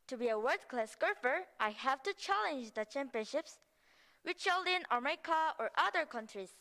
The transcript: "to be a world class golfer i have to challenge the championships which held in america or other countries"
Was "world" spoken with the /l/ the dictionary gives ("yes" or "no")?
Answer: no